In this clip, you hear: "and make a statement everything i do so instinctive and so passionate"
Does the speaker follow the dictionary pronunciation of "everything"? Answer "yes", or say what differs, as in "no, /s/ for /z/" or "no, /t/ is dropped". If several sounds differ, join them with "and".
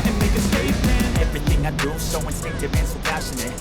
yes